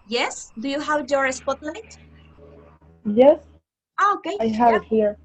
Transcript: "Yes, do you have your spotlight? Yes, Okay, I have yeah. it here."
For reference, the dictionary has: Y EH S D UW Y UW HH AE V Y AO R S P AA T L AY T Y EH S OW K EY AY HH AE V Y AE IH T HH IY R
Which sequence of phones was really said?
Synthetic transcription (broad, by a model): Y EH S D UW Y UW HH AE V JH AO R S P AA T L AY T Y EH S OW K EY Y HH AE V IH T HH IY R